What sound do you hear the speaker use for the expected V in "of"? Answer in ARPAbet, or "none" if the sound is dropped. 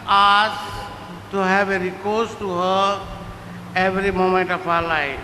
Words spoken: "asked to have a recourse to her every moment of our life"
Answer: P